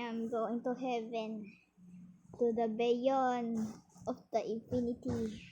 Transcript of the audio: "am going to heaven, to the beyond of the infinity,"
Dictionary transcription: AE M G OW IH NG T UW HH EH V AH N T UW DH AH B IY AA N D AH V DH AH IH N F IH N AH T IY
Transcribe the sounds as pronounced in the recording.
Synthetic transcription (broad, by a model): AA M G OW IH NG T UW HH EH V AH N T UW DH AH B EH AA N AH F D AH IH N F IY N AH T IY